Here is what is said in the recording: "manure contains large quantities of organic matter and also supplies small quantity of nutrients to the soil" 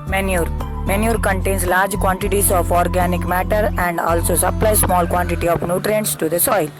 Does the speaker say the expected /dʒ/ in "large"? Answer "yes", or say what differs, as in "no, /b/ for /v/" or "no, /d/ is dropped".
yes